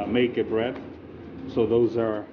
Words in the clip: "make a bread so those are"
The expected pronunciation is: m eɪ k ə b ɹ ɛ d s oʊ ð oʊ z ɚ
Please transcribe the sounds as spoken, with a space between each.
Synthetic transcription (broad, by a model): m eɪ k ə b ɹ ɛ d s oʊ ð oʊ z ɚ